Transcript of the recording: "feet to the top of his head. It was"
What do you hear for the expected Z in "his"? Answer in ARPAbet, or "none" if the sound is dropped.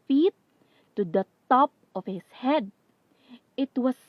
S